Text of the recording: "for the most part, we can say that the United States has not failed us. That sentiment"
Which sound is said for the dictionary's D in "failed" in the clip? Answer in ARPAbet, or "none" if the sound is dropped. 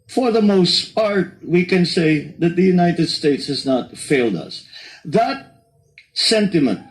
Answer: D